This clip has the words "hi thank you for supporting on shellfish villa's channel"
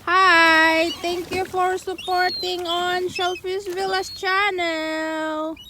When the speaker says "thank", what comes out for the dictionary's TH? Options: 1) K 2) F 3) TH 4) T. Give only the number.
4